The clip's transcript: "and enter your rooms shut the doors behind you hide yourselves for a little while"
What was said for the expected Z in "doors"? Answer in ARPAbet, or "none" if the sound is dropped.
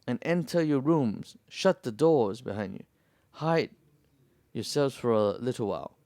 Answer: Z